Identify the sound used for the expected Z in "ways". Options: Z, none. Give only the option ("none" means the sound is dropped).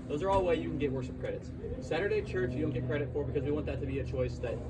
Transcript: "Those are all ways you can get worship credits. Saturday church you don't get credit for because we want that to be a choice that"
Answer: none